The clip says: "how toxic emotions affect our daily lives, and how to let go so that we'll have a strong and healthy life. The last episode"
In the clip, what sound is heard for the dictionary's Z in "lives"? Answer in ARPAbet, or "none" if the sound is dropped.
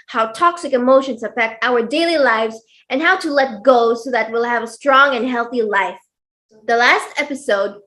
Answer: Z